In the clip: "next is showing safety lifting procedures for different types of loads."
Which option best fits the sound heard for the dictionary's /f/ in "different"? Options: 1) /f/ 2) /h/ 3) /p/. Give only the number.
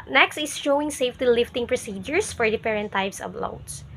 3